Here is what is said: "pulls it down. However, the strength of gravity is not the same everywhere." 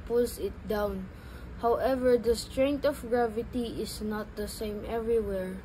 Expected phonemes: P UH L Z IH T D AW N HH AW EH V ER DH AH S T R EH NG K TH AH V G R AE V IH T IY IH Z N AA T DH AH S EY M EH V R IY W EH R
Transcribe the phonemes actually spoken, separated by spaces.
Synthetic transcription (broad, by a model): P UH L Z IH T D AW N HH AW EH V ER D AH S T R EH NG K T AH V G R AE V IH T IY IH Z N AA T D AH S EY M EH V R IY W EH R